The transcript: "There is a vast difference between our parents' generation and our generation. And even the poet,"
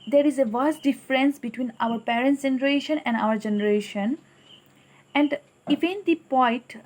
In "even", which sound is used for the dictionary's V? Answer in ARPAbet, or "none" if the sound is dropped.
F